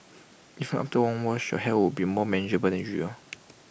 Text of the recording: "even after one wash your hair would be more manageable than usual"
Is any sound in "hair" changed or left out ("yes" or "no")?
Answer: yes